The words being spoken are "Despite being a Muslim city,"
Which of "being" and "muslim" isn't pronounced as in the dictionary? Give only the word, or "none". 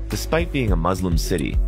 none